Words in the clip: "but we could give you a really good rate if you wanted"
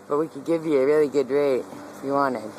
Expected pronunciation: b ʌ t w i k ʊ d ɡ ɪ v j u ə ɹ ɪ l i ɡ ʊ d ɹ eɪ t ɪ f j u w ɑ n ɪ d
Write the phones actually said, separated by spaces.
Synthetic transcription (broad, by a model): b ʌ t w i k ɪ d ɡ ɪ v j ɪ ə ɹ ɪ l i ɡ ʊ d ɹ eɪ ɪ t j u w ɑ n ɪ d